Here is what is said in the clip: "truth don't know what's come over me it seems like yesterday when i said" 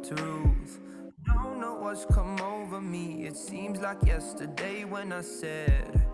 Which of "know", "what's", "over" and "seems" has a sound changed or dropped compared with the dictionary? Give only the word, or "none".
none